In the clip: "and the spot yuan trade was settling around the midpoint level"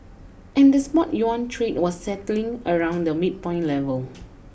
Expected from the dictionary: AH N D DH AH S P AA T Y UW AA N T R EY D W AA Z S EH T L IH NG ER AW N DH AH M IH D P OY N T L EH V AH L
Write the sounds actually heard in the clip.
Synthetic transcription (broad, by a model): AH N D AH S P AA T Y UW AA N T R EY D W AA S EH T L IH NG ER AW N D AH M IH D P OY N L EH V AH L